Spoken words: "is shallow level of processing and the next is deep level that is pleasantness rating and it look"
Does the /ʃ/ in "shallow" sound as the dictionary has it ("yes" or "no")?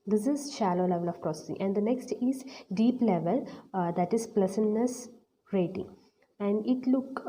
yes